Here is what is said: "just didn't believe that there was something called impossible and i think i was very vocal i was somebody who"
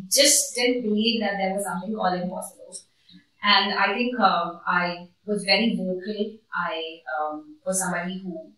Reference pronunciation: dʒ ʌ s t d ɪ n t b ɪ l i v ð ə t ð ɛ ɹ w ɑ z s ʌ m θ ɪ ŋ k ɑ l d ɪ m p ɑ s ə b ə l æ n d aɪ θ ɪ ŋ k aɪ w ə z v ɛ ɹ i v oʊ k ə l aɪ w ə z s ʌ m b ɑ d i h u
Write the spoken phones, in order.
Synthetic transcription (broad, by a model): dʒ ʌ s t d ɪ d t b ɪ l i v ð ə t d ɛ ɹ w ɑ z s ʌ m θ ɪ ŋ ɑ l ɪ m p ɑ s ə b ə l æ n d aɪ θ ɪ ŋ k aɪ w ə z v ɛ ɹ i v oʊ k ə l aɪ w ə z s ʌ m b ɑ d i h u